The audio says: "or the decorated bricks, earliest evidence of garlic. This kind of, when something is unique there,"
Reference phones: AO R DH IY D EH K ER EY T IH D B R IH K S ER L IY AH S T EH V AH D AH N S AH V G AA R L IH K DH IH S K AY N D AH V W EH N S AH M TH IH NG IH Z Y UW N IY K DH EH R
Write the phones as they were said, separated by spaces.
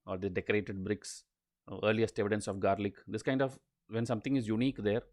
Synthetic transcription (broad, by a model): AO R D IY D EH K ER EY T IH D B R IH K S ER L IY AH S T EH V AH D AH N S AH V G AA R L IH K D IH S K AY N D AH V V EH N S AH M T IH NG IH Z Y UW N IY K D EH R